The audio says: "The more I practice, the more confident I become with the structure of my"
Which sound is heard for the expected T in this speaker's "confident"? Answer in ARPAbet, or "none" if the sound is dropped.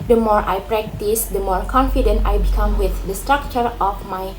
T